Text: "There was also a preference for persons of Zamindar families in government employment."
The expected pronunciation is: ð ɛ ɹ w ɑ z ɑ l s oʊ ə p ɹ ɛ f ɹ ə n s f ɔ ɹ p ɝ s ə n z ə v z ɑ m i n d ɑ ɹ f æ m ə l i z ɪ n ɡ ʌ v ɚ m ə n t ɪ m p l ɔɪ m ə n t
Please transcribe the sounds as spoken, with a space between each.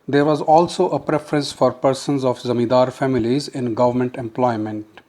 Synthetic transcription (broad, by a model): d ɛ ɹ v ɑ z ɑ l s oʊ ə p ɹ ɛ f ɹ ə n s f ɔ ɹ p ɝ s ə n z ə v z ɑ m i d ɑ ɹ f æ m ə l i z ɪ n ɡ ʌ v ɚ m ə n t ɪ m p l ɔɪ m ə n t